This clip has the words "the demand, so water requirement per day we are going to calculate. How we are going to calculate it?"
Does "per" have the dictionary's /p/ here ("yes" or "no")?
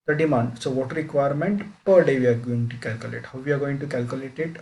yes